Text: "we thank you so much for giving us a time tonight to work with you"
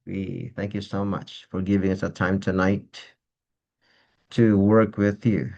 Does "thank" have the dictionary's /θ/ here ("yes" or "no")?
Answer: yes